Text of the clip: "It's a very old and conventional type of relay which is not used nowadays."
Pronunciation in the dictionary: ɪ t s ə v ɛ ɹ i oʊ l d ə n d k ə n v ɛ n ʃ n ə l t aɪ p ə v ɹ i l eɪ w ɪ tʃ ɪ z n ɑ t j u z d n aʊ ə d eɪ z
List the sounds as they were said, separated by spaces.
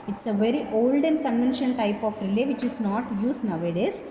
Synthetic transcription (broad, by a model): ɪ t s ə v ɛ ɹ i oʊ l d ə n k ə n v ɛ n ʃ ə n t aɪ p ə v ɹ i l eɪ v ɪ tʃ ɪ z n ɑ t j u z n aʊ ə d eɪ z